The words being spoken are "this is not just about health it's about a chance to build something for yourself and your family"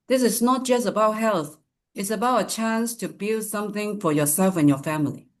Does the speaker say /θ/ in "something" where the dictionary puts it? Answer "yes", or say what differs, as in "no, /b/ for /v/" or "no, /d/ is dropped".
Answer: yes